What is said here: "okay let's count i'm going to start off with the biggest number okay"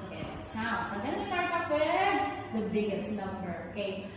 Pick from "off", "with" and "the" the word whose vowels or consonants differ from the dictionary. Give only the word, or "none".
off